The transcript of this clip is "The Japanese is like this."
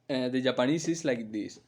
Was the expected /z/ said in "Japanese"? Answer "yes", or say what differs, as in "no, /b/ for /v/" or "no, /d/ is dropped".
no, /s/ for /z/